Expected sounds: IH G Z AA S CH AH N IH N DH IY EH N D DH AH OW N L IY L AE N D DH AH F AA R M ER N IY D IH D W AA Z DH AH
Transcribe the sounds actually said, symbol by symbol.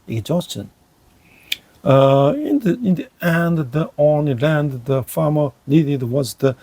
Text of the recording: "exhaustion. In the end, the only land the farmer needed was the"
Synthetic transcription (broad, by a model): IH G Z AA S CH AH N IH N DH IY EH N D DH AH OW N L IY L AE N D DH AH F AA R M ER L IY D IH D W AA Z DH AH